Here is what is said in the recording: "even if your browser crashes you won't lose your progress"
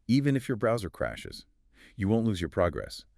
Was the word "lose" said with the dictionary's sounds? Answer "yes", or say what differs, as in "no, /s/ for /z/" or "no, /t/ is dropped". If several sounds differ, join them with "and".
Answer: yes